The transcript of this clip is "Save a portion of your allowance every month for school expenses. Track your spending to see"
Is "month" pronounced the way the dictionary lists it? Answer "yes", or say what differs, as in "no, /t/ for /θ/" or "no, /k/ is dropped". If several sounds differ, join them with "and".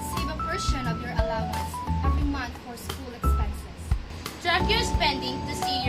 no, /t/ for /θ/